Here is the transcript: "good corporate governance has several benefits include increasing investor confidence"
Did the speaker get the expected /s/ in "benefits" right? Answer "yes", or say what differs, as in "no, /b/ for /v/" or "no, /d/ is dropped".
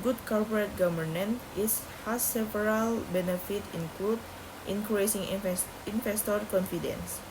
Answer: no, /s/ is dropped